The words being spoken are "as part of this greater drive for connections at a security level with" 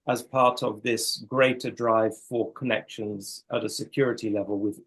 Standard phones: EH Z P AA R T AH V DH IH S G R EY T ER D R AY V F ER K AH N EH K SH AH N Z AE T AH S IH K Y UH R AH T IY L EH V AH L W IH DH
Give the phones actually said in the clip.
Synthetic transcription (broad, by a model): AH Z P AA R T AH V DH IH S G R EY T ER D R AY V F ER K AH N EH K SH AH N Z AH T AH S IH K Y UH R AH T IY L EH V AH L W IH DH